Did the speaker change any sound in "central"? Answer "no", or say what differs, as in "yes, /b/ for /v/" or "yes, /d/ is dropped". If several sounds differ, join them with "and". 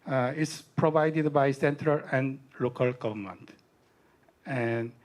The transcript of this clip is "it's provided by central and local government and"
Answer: no